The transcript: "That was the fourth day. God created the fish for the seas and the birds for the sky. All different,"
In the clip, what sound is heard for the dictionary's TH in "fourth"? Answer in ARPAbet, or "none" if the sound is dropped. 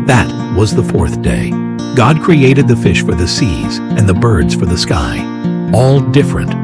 TH